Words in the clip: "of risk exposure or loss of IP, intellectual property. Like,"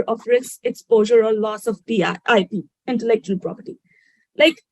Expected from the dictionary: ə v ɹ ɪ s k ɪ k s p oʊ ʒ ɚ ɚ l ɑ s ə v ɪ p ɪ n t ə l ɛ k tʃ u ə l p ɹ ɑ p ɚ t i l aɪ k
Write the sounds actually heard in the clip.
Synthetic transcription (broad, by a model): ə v ɹ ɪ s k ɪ k s p oʊ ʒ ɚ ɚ l ɑ s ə p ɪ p ɪ n t ə l ɛ k tʃ u ə l p ɹ ɑ p ɚ t i l aɪ k